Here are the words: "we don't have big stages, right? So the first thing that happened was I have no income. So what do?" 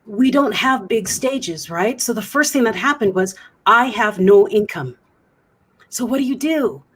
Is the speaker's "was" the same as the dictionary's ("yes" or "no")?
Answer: yes